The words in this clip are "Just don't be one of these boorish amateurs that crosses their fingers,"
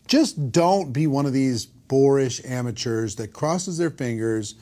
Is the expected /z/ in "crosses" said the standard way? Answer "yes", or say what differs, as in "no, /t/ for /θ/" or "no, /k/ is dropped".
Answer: yes